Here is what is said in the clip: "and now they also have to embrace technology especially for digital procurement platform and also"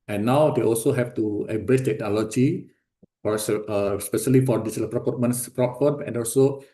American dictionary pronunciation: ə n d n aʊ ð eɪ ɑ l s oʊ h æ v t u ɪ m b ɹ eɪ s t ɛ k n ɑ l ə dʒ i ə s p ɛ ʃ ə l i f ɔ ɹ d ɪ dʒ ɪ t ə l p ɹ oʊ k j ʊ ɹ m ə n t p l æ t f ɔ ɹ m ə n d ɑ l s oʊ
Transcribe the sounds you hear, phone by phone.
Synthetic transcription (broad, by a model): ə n n aʊ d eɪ ɑ l s oʊ h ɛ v t u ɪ b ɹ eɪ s t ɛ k n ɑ l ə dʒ i ə s p ɛ ʃ ə l i f ɔ ɹ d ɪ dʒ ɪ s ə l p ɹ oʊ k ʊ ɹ m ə n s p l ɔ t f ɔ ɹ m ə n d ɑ l s oʊ